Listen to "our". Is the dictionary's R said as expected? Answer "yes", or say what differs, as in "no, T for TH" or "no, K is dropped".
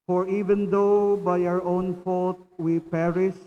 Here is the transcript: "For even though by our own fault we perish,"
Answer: yes